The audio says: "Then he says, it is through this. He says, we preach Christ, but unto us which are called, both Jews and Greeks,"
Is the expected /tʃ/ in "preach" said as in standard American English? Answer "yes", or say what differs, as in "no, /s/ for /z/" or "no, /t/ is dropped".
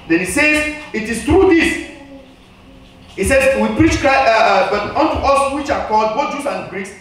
yes